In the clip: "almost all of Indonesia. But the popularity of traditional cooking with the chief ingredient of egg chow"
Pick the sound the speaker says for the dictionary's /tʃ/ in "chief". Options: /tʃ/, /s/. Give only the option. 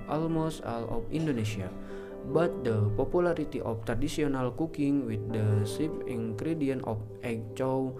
/s/